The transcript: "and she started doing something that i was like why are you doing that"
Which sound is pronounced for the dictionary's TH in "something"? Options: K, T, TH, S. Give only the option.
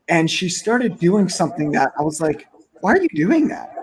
TH